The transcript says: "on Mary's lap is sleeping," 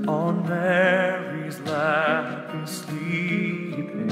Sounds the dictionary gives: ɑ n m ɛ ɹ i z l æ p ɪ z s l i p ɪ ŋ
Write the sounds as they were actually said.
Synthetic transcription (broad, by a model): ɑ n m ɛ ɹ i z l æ f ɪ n s l i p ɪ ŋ